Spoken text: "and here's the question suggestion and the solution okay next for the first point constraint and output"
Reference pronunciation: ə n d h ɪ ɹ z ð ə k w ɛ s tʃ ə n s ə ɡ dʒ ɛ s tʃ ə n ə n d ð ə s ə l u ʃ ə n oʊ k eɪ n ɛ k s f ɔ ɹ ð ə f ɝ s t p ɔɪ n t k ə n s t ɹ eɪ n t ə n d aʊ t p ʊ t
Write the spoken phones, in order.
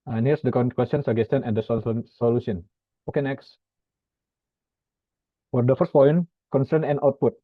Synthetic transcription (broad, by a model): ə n h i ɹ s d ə k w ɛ s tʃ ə n s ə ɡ ɛ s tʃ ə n ə n d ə s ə l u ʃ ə n oʊ k eɪ n ɛ k s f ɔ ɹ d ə f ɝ s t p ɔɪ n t k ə n s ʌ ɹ n ə n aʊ t p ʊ t